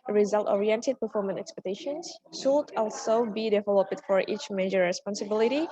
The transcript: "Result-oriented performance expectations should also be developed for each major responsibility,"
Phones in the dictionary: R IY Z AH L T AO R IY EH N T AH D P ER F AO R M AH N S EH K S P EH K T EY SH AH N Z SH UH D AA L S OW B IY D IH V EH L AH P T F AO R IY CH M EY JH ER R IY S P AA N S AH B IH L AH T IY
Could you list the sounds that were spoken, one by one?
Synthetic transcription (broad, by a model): R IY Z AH L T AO R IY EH N T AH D P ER F AO R M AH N EH K S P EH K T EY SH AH N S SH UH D AA L S OW B IY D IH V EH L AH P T F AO R IY CH M EY JH ER R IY S P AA N S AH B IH L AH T IY